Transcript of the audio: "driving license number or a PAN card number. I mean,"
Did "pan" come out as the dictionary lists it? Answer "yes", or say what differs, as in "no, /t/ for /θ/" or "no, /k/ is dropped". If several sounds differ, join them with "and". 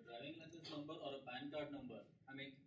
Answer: no, /b/ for /p/